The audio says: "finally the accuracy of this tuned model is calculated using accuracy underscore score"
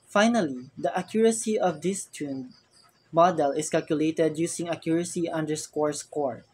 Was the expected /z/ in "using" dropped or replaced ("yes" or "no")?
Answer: yes